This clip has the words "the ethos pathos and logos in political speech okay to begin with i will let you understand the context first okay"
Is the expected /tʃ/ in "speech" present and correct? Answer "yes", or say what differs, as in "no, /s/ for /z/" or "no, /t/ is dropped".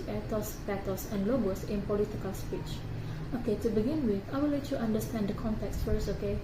yes